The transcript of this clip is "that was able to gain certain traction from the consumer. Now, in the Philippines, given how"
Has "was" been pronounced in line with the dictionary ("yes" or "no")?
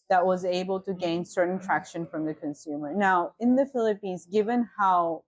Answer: yes